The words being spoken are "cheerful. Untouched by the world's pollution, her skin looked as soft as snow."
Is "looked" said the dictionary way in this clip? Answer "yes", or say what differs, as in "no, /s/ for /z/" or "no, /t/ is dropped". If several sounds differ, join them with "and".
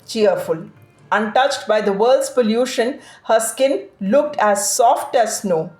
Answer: yes